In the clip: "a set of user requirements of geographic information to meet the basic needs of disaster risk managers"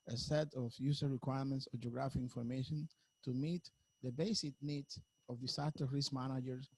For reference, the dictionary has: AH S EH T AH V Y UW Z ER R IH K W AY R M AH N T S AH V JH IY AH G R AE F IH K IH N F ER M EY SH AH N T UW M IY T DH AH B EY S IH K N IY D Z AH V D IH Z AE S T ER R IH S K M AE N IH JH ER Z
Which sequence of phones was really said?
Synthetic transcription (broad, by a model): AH S EH T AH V Y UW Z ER R IH K W AY R M AH N T S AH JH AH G R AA F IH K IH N F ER M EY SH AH N T UW M IY T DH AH B EY S IH K N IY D S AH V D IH S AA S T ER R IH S M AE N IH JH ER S